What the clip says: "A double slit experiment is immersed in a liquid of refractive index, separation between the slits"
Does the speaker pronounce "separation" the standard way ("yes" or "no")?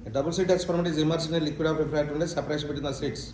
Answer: no